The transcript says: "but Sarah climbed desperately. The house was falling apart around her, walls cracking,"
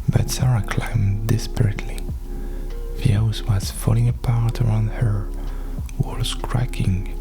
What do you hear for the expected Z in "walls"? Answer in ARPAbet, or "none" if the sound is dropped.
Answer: S